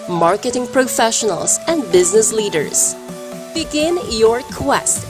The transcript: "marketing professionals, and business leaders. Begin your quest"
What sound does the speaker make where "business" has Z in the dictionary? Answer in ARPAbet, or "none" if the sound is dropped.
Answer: Z